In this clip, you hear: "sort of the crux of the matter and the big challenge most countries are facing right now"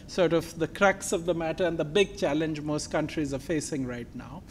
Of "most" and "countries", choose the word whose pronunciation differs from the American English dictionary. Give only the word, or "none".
none